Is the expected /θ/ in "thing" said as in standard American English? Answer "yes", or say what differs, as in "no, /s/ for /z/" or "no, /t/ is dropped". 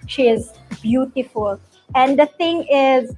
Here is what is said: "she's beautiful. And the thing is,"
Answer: no, /t/ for /θ/